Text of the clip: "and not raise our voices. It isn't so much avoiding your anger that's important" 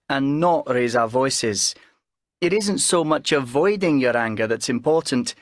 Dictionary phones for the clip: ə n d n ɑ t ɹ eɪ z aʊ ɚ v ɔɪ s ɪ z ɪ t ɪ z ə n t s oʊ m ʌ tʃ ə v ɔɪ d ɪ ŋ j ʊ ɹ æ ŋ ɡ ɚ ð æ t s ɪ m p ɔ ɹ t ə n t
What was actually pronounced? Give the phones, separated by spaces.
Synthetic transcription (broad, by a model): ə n n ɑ t ɹ eɪ z aʊ ɚ v ɔɪ s ɪ z ɪ t ɪ z ə n t s oʊ m ʌ tʃ ə v ɔɪ d ɪ ŋ j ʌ ɹ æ ŋ ɡ ɚ ð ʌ t s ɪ m p ɔ ɹ t n t